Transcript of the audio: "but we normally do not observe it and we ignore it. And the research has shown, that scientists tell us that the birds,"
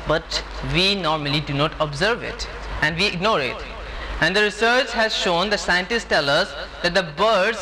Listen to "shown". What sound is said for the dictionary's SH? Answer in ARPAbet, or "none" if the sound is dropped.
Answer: SH